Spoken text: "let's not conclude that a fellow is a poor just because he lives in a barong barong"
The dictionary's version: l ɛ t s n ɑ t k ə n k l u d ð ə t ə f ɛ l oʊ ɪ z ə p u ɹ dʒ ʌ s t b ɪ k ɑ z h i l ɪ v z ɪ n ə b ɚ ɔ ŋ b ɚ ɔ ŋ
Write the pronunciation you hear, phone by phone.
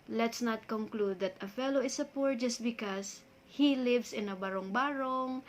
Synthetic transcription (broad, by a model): l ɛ t s n ɑ t k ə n k l u d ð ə t ə f ɛ l oʊ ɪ s ə p u ɹ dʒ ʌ s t b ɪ k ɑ s h i l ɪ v s ɪ n ə b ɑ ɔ ŋ b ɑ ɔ ŋ